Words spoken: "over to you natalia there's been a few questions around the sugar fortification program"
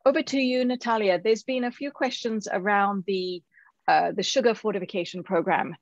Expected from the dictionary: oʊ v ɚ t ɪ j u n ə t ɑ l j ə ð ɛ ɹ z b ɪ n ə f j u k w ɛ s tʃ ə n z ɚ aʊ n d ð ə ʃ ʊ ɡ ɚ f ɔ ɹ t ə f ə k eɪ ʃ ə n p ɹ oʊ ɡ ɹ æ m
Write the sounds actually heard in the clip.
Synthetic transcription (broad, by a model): oʊ v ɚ t ɪ j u n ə t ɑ l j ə ð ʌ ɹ z b ɪ n ə f j u k w ɛ s tʃ ə n z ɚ aʊ n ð ð ə ʃ ʊ ɡ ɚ f ɔ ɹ t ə f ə k eɪ ʃ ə n p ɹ oʊ ɡ ɹ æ m